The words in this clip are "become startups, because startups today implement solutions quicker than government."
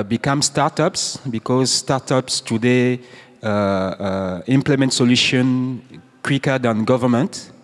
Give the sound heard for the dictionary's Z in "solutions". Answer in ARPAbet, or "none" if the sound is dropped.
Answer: none